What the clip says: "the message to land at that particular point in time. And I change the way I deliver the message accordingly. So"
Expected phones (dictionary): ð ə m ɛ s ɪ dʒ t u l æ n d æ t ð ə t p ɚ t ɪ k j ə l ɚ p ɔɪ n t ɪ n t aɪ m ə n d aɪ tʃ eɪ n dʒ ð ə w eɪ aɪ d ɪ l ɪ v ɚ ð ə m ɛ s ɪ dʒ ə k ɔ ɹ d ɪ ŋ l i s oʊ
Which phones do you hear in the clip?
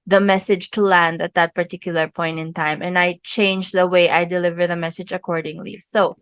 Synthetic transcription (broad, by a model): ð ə m ɛ s ɪ dʒ t u l æ n d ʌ t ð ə t p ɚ t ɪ k j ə l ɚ p ɔɪ n t ɪ n t aɪ m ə n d aɪ tʃ eɪ n dʒ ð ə w eɪ aɪ d ɪ l ɪ v ɚ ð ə m ɛ s ɪ dʒ ə k ɔ ɹ d ɪ ŋ l i s oʊ